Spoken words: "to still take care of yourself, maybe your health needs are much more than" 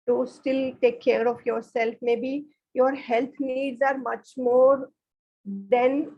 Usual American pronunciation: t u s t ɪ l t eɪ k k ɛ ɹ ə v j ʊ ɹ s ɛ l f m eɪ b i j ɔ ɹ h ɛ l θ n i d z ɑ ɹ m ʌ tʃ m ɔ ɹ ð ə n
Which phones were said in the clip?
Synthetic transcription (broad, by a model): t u s t ɪ l t eɪ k k ɛ ɹ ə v j ʊ ɹ s ɛ l f m eɪ b i j ɔ ɹ h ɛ l t n i d z ɑ ɹ m ʌ tʃ m ɔ ɹ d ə n